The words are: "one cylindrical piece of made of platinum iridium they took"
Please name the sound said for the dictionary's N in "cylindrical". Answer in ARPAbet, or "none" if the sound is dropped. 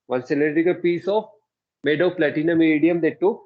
none